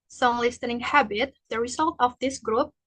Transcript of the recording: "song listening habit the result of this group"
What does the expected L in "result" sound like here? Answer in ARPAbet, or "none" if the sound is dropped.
L